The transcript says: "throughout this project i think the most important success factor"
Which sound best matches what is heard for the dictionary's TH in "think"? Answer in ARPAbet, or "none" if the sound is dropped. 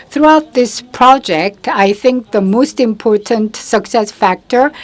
TH